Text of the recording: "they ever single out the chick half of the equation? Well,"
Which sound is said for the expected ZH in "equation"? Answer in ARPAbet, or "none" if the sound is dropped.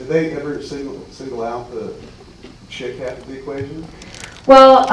ZH